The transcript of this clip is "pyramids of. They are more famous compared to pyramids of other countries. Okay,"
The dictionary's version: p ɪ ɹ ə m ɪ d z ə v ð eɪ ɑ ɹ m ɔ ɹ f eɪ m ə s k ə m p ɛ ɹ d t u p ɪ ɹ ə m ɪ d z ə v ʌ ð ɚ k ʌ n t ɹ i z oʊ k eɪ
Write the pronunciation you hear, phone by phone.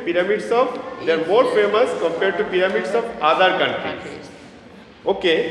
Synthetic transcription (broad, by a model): p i ɹ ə m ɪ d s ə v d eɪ ɑ ɹ m ɔ ɹ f eɪ m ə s k ə m p ɛ ɹ d t u p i ɹ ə m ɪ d s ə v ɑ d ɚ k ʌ n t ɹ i oʊ k eɪ